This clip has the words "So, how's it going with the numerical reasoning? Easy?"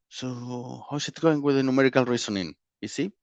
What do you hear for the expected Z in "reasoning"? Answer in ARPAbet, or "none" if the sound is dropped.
S